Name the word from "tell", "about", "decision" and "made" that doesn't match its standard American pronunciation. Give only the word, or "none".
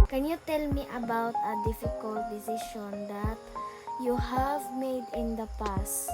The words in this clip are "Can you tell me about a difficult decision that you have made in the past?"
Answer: decision